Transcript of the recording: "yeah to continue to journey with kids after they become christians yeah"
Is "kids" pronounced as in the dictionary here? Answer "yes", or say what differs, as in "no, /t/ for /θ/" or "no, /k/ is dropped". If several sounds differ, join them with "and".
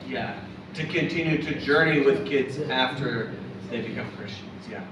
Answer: yes